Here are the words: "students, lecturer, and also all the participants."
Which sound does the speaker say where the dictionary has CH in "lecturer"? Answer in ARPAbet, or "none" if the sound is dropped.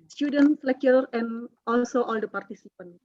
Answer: none